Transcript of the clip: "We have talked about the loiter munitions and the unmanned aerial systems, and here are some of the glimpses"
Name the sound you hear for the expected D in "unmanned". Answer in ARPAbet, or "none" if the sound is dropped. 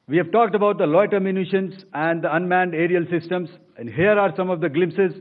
D